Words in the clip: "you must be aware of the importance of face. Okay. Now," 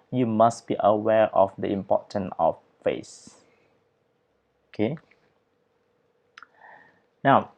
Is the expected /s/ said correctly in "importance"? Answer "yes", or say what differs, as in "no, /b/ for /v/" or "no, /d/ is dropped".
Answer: no, /s/ is dropped